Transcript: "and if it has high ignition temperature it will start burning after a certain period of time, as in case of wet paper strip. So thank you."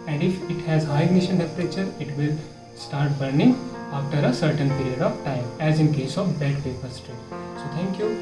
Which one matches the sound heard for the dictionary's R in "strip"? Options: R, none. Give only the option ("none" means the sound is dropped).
none